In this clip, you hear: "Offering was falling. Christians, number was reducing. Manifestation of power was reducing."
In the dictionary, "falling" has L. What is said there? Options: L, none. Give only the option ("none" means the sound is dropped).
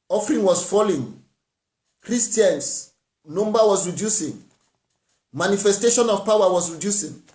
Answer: L